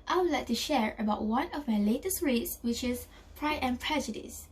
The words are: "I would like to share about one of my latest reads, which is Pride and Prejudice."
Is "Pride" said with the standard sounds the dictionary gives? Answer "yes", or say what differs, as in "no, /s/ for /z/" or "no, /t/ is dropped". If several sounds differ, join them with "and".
no, /d/ is dropped